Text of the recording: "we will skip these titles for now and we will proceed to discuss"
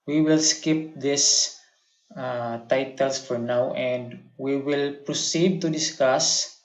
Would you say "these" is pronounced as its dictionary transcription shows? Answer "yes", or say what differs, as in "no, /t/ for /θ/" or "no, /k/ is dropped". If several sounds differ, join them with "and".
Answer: no, /s/ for /z/